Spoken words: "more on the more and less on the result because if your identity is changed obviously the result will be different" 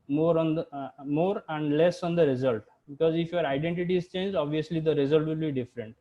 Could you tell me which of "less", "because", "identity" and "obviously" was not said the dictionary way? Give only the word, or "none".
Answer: none